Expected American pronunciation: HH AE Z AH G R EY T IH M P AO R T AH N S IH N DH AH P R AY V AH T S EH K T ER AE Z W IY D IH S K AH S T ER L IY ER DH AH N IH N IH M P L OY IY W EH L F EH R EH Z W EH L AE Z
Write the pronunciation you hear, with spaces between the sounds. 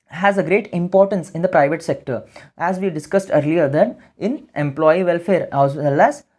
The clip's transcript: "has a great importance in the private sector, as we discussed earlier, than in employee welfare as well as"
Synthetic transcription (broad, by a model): HH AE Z AH G R EY T IH M P AO R T AH N S IH N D AH P R AY V AH T S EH K T ER AE Z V IY D IH S K AH S T ER L IY ER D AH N IH N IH M P L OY IY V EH L F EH R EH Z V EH L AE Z